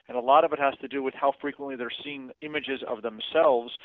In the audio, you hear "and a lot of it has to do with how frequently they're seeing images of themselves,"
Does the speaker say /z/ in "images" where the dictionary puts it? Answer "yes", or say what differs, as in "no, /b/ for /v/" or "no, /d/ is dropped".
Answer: yes